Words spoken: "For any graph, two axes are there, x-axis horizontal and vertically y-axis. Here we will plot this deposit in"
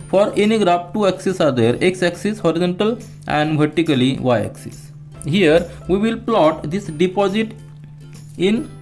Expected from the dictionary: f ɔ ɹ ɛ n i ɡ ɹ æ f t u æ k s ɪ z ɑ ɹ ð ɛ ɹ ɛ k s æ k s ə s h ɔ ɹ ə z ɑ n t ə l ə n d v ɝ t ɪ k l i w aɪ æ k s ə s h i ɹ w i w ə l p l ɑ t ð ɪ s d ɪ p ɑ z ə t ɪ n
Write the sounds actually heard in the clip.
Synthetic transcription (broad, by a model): f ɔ ɹ ɛ n i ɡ ɹ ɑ p t u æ k s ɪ s ɑ ɹ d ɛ ɹ ɛ k s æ k s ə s h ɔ ɹ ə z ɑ n t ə l ə n d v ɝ t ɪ k l i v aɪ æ k s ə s h i ɹ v i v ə l p l ɑ t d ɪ s d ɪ p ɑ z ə t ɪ n